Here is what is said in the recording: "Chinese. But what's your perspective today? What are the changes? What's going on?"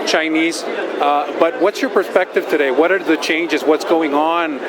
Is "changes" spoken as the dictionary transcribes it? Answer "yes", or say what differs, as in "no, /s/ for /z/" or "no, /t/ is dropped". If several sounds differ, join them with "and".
yes